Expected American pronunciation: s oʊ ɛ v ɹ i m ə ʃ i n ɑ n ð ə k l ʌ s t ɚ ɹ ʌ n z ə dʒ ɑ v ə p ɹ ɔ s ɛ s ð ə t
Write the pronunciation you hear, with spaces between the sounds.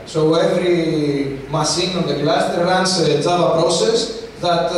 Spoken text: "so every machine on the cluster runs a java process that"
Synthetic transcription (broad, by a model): s oʊ ɛ v ɹ i m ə s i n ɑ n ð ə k l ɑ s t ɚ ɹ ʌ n s ə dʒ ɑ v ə p ɹ ɔ s ɛ s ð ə t